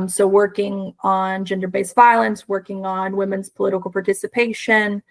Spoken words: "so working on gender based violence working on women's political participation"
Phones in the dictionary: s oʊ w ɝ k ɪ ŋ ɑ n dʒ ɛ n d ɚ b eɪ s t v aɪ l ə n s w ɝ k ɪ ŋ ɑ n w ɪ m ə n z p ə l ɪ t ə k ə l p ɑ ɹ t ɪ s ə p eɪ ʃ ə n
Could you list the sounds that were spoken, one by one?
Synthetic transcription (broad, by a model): s oʊ w ɝ k ɪ ŋ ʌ n dʒ ɛ n d ɚ b eɪ s v aɪ l ə n s w ɝ k ɪ ŋ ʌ n w ɪ m ə n z p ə l ɪ t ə k l p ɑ ɹ t ɪ s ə p eɪ ʃ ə n